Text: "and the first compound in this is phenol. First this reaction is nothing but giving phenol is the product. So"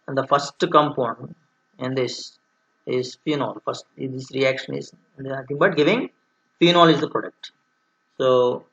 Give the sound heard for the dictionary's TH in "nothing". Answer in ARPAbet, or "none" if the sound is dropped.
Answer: T